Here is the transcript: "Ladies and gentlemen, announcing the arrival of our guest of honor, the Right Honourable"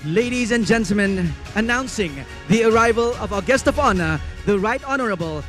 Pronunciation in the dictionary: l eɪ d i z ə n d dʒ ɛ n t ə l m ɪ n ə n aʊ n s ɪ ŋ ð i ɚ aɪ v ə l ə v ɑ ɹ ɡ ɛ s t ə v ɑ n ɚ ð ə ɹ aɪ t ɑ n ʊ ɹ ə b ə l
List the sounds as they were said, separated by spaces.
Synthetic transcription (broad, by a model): l eɪ d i z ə n dʒ ɛ n t l m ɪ n ə n aʊ n s ɪ ŋ ð i ɚ aɪ v ə l ə v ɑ ɡ ɛ s t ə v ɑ n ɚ ð ə ɹ aɪ t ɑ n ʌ ɹ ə b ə l